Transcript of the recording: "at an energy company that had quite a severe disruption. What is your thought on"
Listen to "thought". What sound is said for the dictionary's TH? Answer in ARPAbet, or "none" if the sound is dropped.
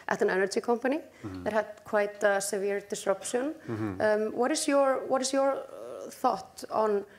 TH